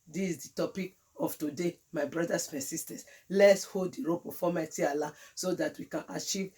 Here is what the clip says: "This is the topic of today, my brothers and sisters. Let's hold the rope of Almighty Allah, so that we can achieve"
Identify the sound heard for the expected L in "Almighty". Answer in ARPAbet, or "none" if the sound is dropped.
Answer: none